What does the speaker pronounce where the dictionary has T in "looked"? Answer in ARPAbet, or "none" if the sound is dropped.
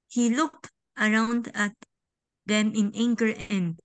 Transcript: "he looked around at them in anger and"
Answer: T